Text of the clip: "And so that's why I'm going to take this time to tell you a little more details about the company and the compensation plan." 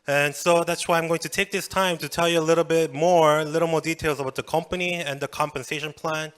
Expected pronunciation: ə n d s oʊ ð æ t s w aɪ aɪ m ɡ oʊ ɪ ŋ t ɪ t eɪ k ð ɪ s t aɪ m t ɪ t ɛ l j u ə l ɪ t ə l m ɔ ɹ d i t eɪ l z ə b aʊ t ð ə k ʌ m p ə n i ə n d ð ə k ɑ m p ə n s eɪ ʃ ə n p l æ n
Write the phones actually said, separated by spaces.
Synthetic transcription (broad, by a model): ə n s oʊ ð æ t s w aɪ aɪ m ɡ oʊ ɪ ŋ t ɪ t eɪ k ð ɪ s t aɪ m t ɪ t ɛ l j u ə l ɪ t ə l m ɔ ɹ d i t eɪ l z ə b aʊ t ð ə k ʌ m p ə n i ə n ð ə k ɑ m p ə n s eɪ ʃ ə n p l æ n